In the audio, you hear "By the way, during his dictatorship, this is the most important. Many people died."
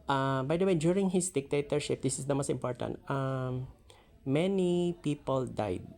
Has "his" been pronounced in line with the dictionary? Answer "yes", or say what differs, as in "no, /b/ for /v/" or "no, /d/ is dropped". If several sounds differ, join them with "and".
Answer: no, /s/ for /z/